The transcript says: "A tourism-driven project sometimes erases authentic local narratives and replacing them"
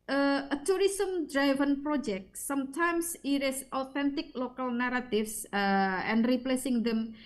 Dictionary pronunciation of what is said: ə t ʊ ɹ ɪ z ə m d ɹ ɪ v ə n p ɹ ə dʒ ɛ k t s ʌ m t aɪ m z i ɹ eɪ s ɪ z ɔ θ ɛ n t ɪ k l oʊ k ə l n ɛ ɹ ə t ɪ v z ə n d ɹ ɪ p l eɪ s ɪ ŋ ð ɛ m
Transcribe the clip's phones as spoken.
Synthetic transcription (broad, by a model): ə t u ɹ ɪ s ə m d ɹ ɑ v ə n p ɹ ə dʒ ɛ k t s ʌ m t aɪ m s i ɹ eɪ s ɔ t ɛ n t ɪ k l oʊ k ə l n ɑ ɹ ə t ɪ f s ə n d ɹ ɪ p l eɪ s ɪ ŋ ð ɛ m